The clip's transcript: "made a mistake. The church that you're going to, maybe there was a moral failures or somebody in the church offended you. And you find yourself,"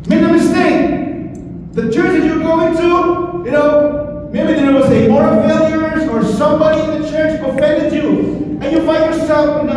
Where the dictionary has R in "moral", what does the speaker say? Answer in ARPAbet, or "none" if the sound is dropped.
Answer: none